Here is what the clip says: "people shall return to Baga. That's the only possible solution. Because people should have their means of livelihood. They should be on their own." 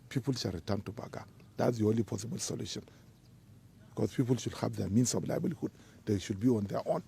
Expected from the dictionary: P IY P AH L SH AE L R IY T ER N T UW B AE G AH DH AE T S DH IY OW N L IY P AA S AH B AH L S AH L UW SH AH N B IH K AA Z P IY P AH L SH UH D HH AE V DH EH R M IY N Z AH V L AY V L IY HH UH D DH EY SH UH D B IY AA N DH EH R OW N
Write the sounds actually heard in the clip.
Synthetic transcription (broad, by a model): P IY P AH L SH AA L R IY T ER N T UW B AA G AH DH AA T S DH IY OW N L IY P AA S AH B AH L S AH L UW SH AH N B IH K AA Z P IY P AH L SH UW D HH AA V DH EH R M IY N S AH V L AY B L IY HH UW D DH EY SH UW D B IY AA N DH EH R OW N